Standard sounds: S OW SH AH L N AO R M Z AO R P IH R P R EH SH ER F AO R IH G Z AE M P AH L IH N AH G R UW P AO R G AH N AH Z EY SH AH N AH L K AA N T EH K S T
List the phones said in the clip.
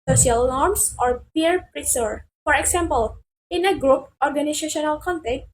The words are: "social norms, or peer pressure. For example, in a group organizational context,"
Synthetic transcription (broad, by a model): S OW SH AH L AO R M S AO R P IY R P R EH S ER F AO R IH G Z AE M P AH L IH N AH G R UW P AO R G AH N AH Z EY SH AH N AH L K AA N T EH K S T